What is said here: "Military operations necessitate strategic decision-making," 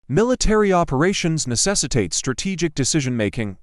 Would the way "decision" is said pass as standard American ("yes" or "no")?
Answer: yes